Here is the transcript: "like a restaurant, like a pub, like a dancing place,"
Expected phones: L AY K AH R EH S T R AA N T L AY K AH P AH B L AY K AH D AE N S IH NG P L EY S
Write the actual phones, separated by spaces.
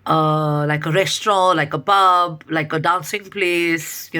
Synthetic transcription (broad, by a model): L AY K AH R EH S T R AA L AY K AH B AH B L AY K AH D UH N S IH NG P L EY S